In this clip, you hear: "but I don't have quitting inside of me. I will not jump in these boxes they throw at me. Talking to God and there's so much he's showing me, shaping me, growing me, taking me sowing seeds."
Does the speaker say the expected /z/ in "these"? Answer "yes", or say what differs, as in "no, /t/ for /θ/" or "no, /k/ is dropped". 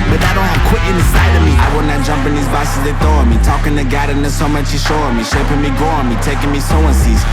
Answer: yes